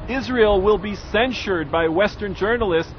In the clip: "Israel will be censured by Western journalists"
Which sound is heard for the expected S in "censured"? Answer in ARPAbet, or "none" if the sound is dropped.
S